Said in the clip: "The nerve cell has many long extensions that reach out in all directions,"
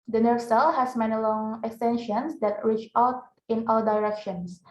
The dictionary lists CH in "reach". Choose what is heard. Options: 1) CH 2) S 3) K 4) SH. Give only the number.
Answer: 1